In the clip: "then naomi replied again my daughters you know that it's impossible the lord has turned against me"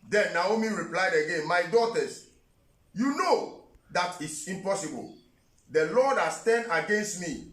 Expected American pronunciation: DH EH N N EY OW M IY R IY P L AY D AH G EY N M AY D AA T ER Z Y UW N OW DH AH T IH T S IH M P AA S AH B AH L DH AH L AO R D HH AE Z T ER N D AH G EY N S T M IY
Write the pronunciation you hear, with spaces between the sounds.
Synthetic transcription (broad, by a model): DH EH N N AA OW M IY R IY P L AY D AH G EY N M AY D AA T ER S Y UW N OW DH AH T IH T S IH M P AA S AH B AH L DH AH L AO D HH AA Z T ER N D AH G EY N S T M IY